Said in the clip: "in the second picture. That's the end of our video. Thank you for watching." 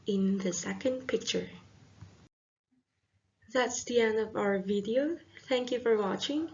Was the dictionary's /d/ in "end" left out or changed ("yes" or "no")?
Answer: yes